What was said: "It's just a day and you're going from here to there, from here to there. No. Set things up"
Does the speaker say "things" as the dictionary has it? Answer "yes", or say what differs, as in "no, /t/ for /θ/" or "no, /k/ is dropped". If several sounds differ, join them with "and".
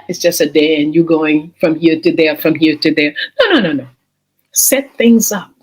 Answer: yes